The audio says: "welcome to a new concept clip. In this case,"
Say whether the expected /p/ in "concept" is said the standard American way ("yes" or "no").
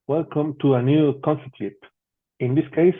no